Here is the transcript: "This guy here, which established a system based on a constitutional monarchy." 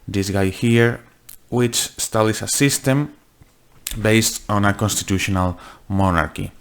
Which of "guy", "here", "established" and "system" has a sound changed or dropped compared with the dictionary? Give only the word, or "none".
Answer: established